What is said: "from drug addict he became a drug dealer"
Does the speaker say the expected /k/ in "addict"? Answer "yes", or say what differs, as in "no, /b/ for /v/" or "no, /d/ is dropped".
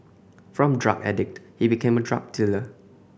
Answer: yes